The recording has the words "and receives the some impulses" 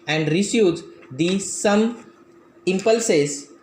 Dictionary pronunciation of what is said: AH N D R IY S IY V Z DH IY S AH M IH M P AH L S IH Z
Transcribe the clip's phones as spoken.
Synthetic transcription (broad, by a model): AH N D R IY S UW Z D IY S AH M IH M P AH L S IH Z